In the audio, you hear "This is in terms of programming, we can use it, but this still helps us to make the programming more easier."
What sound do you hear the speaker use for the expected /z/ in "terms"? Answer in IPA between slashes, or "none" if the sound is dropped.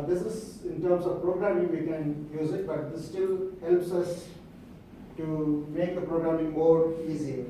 /s/